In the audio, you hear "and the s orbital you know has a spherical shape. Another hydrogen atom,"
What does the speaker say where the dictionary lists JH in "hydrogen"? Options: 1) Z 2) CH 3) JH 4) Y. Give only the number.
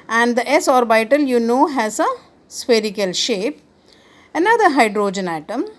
3